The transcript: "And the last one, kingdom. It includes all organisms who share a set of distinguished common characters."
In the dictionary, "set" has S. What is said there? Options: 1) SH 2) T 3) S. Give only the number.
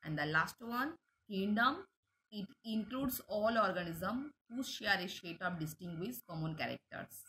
1